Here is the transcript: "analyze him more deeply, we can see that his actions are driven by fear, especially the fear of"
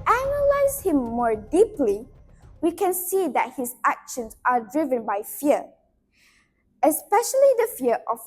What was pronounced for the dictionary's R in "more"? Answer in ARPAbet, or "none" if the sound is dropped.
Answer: R